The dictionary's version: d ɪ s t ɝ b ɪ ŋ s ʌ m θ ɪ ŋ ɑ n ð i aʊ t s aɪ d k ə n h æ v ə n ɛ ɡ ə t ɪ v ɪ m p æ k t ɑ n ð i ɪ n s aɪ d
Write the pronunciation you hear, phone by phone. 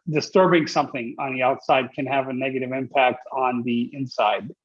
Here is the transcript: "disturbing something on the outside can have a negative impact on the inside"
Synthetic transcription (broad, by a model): d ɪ s t ɝ b ɪ ŋ s ʌ m θ ɪ ŋ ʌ n ð i aʊ t s aɪ d k ə n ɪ v ə n ɛ ɡ ə t ɪ v ɪ m p æ k t n ð i ɪ n s aɪ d